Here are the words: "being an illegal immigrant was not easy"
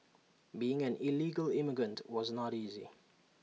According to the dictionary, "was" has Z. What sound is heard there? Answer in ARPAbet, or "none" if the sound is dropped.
Z